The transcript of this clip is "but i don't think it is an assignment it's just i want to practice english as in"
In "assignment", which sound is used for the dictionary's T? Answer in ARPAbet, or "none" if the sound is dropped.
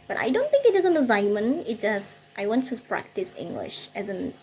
none